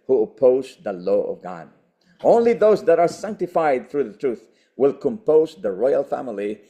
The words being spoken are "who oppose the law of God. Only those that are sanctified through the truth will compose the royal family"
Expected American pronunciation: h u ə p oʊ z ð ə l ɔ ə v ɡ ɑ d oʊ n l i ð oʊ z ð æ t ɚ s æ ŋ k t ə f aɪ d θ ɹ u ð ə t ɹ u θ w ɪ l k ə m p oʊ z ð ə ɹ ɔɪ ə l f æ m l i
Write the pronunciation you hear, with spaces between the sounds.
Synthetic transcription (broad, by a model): h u ə p oʊ z ð ə l ɔ ə v ɡ ɑ d oʊ n l i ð oʊ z ð æ t ɚ s æ ŋ k t ə f aɪ d θ ɹ u ð ə t ɹ u θ w ɪ l k ə m p oʊ z ð ə ɹ ɔɪ ə l f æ m l i